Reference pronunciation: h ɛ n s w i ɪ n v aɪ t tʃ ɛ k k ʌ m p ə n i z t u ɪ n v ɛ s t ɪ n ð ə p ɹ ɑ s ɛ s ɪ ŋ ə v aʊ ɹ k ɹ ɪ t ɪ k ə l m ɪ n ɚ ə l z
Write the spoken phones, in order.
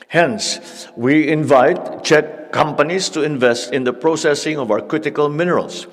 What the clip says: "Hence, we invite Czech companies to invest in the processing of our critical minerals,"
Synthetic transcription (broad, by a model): h ɛ n s w i ɪ n v aɪ t tʃ ɛ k k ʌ m p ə n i s t u ɪ n v ɛ s t ɪ n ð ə p ɹ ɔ s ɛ s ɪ ŋ ə v aʊ ɹ k ɹ ɪ t ɪ k ə l m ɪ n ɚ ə l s